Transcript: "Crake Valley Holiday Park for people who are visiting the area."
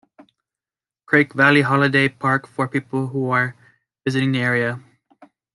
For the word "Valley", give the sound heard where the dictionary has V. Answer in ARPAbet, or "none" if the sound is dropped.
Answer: V